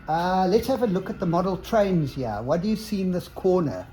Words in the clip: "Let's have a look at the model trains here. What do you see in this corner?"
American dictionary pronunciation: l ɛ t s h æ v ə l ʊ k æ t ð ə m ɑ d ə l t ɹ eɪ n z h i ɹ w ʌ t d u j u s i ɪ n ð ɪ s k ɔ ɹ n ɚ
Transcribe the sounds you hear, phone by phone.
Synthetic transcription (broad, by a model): l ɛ t s h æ v ə l ʊ k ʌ t ð ə m ɑ d ə l t ɹ eɪ n z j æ w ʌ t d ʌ j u s i n ð ɪ s k ɔ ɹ n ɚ